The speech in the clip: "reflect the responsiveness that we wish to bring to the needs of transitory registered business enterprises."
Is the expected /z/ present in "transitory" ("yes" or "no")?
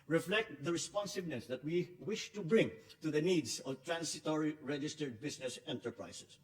no